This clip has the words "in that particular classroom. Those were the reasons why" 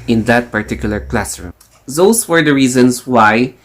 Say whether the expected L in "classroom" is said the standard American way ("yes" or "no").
yes